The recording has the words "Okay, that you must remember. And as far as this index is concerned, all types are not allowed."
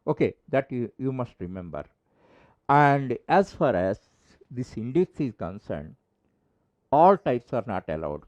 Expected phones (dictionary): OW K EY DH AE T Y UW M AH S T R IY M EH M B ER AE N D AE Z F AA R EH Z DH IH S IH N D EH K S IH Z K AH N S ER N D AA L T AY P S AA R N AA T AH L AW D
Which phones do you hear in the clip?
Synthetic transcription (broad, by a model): OW K EY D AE T Y UW M AH S T R IY M EH M B ER AE N D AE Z F AA R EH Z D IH S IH N D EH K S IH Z K AH N S ER N D AA L T AY P S AA R N AA T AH L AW D